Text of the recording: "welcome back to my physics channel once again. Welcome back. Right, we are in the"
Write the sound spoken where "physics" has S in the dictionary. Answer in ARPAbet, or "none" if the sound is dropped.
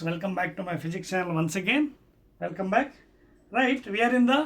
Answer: none